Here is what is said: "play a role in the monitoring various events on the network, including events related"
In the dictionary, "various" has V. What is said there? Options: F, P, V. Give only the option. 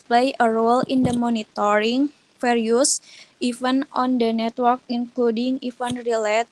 F